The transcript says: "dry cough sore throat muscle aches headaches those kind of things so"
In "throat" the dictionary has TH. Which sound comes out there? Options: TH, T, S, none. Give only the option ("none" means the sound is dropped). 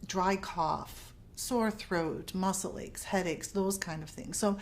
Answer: TH